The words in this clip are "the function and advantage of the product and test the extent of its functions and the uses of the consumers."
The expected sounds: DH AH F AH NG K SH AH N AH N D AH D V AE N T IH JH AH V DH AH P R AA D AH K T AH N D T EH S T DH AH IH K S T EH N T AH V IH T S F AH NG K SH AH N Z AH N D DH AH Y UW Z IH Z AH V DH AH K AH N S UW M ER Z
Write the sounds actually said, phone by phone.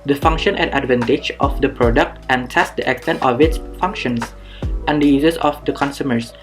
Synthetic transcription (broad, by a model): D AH F AH NG K SH AH N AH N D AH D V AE N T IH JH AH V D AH P R AA D AH K T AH N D T EH S T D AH IH K S T EH N T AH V IH T S F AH NG K SH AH N S AH N D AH Y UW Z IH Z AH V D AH K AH N S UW M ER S